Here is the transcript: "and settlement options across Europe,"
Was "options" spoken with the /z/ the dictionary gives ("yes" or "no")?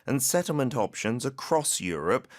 yes